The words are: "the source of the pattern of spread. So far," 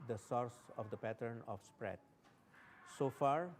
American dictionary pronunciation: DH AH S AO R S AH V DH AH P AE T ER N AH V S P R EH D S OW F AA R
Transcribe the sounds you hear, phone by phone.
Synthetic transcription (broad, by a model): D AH S AO R S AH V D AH P AE T ER N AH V S P R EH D S OW F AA R